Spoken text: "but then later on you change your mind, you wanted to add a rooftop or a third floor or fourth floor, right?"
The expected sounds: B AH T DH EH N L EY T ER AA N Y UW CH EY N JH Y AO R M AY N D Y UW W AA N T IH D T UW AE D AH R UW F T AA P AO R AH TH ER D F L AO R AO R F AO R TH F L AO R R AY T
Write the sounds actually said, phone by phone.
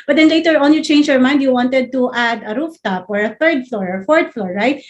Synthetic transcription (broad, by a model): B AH T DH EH N L EY T ER AA N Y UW CH EY N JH Y AO R M AY N D Y UW W AA N T IH D T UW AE D AH R UW F T AA P AO R AH TH ER D F L AO R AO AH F AO R T F L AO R R AY T